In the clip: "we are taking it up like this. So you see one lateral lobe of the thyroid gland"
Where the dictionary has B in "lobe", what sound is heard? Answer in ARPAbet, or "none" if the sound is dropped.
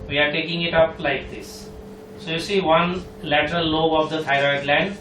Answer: none